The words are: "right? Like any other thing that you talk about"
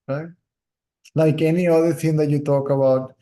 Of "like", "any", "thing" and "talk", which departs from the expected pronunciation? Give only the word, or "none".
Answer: thing